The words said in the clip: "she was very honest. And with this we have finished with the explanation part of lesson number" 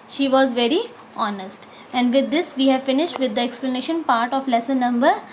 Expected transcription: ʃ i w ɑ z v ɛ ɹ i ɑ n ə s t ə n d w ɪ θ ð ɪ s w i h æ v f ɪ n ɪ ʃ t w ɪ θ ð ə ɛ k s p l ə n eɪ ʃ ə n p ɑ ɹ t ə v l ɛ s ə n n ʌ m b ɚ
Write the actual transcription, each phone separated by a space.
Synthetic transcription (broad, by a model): ʃ i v ɑ z v ɛ ɹ i ɑ n ə s t ə n d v ɪ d ɪ s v i h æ v f ɪ n ɪ ʃ t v ɪ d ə ɛ k s p l ə n eɪ ʃ ə n p ɑ ɹ t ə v l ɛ s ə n n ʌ m b ɚ